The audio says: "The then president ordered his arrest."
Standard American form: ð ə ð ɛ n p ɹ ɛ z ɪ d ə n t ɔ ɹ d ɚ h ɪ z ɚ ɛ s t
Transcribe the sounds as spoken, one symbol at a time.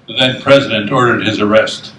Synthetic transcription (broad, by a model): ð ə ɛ n p ɹ ɛ z ɪ d ə n t ɔ ɹ d ɚ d ɪ z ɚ ɛ s t